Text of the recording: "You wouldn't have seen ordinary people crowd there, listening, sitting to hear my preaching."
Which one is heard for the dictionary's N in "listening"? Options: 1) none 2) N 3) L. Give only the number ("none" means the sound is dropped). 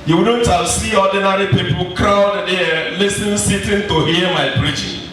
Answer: 1